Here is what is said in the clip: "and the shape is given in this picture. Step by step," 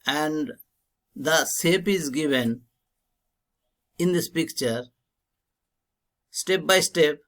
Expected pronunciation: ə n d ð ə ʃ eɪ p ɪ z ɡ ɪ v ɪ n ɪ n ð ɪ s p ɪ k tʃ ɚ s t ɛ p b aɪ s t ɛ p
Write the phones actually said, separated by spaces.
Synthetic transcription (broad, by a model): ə n d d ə s eɪ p ɪ z ɡ ɪ v ɪ n ɪ n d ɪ s p ɪ k tʃ ɚ s t ɛ p b aɪ s t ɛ p